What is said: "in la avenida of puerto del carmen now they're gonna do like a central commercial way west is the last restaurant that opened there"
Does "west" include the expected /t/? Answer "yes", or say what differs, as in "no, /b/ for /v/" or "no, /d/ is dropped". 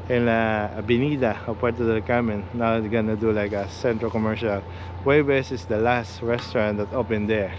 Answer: no, /t/ is dropped